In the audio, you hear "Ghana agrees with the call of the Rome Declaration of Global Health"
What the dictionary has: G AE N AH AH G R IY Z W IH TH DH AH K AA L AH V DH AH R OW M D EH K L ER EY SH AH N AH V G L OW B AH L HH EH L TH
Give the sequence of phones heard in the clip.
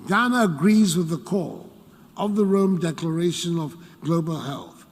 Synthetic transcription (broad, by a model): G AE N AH AH G R IY Z W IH DH AH K AA L AH V DH AH R OW M D EH K L ER EY SH AH N AH V G L OW B AH L HH EH L TH